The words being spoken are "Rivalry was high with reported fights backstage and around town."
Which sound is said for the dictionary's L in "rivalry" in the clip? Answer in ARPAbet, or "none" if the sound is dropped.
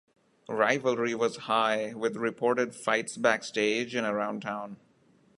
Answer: L